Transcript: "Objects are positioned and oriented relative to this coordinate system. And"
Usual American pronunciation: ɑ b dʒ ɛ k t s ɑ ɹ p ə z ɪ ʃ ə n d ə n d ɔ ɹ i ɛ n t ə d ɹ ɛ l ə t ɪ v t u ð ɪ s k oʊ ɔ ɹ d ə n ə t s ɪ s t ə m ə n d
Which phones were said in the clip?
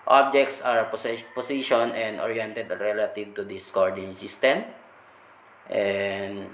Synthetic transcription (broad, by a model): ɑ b dʒ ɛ k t s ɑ ɹ p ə s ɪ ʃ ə n ə n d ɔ ɹ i ɛ n t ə d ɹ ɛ l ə t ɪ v t u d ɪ s k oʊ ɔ ɹ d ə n s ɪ s t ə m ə n d